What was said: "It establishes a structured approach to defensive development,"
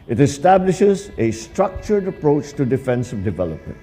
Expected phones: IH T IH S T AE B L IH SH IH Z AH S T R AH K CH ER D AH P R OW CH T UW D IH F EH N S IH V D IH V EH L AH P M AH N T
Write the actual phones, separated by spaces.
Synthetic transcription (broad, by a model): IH T IH S T AE B L IH SH IH Z AH S T R AH K CH ER D AH P R OW CH T UW D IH F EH N S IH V D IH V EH L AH P M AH N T